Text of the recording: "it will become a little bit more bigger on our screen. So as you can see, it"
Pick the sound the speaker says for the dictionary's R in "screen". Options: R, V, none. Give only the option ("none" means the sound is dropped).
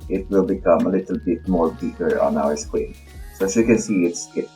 none